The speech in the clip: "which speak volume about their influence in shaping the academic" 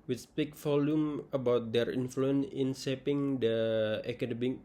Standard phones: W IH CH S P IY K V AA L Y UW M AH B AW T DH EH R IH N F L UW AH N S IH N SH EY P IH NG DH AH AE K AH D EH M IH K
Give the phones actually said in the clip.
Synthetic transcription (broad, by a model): W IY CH S P IY K F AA L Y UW M AH B AW T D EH R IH N F L UW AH N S IH N S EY P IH NG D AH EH K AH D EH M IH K